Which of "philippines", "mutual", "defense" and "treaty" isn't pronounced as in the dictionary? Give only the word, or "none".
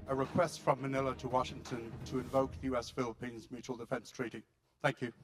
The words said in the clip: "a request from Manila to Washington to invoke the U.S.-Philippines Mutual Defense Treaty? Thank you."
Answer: none